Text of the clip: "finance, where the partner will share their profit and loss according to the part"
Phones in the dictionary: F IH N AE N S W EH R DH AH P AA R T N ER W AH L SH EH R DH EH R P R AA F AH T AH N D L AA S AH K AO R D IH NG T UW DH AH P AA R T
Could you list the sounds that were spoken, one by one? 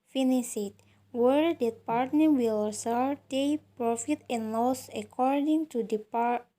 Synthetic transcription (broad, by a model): F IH N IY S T W EH R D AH P AA R T N ER W AH L S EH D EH P R AA F AH T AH N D L AA S AH K AO R D IH NG T UW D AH P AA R